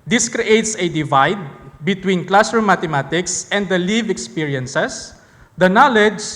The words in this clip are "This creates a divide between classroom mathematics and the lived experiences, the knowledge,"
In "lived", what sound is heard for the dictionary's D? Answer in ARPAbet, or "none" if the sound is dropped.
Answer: none